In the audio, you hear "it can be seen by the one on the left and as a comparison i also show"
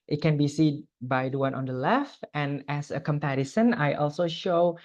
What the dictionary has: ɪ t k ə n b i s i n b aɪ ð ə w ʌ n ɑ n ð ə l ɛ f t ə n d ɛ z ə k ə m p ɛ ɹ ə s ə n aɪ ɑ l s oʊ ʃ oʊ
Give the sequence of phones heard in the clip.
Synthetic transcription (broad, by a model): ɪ t k ə n b i s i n b aɪ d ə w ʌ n ɑ n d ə l ɛ f t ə n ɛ s ə k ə m p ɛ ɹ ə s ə n aɪ ɑ l s oʊ ʃ oʊ